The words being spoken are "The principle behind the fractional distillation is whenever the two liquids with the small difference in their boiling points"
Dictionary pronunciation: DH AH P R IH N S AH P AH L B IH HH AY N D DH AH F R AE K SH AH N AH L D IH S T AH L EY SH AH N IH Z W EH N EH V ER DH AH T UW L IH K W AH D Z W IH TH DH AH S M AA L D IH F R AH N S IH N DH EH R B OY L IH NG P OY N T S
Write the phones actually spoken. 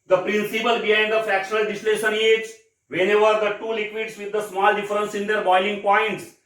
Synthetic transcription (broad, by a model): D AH P R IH N S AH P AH L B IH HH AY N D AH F AE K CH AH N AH L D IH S L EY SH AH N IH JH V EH N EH V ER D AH T UW L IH K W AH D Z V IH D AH S M AA L D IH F R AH N S IH N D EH R B OY L IH NG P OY N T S